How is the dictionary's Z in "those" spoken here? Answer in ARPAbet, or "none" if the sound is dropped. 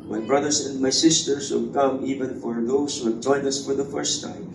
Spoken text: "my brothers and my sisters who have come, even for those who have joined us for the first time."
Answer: S